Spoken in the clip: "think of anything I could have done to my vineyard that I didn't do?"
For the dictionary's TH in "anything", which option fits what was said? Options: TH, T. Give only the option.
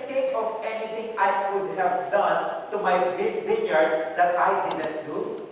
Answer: T